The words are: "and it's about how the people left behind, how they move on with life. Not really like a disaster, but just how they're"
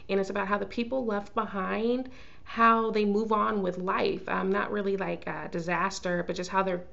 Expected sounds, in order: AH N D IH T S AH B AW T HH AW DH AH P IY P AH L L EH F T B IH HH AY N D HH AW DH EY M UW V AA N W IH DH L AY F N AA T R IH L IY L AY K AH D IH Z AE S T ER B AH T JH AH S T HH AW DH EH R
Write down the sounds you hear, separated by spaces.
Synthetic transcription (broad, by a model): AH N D IH T S AH B AW T HH AW DH AH P IY P L L EH F T B IH HH AY N D HH AW DH EY M UW V N W IH DH L AY F N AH T R IH L IY L AY K AH D IH Z AE S T ER B AH T JH AH S T HH AW DH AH R